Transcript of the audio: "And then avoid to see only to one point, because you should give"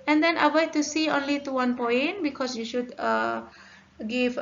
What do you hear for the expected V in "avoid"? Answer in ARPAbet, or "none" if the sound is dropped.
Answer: W